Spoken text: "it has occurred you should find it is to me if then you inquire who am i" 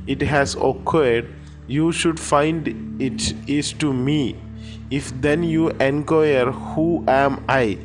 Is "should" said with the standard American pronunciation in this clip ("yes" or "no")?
yes